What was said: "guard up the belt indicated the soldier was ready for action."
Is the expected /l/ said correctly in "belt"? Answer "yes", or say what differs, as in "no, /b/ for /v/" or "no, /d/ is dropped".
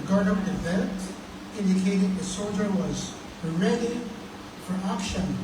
no, /n/ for /l/